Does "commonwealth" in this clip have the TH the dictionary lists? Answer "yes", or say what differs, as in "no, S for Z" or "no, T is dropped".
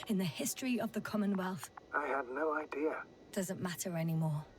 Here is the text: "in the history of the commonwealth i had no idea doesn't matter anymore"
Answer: yes